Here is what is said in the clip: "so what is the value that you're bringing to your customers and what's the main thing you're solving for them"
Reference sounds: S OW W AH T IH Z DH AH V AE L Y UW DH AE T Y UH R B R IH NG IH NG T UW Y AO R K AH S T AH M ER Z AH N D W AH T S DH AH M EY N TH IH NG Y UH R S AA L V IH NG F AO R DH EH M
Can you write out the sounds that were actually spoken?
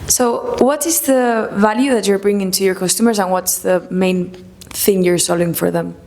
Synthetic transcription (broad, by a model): S OW W AH T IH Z DH AH V AE L Y UW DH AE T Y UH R B R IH NG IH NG T UW Y AO R K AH S T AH M ER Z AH N W AH T S DH AH M EY N TH IH NG Y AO R S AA L IH NG F AO R DH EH M